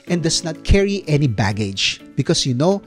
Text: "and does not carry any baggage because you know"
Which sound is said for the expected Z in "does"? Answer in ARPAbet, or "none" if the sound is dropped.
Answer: S